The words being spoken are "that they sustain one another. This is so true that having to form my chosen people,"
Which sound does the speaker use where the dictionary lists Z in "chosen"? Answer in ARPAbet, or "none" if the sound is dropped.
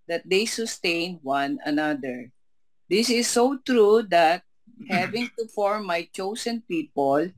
S